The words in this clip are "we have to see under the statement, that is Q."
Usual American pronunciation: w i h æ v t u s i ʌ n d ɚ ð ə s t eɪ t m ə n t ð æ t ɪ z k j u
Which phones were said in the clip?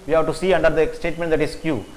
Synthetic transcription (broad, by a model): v i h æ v t u s i ʌ n d ɚ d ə s t eɪ t m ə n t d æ t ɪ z k j u